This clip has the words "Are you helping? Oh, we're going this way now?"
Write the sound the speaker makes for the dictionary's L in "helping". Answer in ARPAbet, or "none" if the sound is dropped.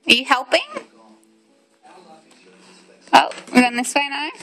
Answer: L